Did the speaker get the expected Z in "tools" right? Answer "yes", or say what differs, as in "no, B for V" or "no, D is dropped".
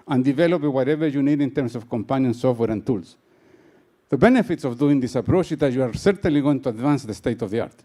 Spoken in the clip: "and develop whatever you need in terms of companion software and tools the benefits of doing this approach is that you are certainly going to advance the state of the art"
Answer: no, S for Z